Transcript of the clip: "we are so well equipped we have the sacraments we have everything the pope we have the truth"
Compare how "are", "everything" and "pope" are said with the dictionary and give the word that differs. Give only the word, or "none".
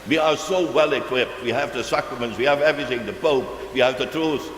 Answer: none